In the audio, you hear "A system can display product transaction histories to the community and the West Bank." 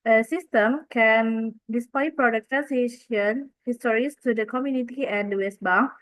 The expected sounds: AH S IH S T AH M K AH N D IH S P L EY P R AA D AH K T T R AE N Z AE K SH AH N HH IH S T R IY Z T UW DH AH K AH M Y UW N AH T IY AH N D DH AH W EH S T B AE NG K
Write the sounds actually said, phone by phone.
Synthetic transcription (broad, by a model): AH S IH S T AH M K AH N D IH S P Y P R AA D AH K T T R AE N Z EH SH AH N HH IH S T R IY S T UW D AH K AH M Y UW N AH T IY AH N D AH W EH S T B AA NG